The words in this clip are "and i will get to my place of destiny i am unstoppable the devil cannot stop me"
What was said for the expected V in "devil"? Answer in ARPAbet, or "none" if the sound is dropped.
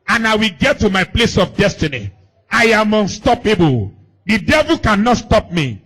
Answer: V